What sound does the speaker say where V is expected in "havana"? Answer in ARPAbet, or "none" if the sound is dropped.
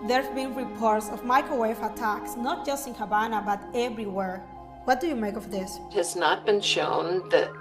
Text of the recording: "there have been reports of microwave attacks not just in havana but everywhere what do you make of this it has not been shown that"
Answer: B